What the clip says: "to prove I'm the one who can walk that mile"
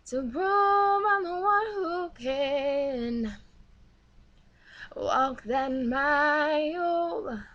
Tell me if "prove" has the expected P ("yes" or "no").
no